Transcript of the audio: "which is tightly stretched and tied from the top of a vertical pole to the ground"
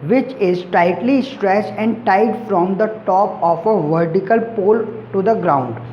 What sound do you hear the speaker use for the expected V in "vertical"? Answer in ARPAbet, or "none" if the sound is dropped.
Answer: V